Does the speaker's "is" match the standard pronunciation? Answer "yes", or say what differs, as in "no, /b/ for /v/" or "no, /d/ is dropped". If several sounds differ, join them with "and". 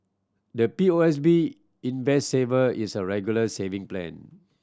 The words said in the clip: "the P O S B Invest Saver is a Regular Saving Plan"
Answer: no, /s/ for /z/